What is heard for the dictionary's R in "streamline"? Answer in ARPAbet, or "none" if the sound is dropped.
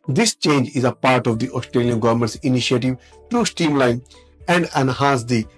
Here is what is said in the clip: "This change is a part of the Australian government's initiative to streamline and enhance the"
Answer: none